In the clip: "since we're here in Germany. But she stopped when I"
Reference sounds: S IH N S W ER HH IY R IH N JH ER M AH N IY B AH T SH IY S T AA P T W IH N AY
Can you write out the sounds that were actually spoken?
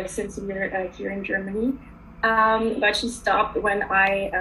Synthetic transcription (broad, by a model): S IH N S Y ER HH IY R IH N JH ER M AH N IY B AH T SH IY S T AA P T W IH N AY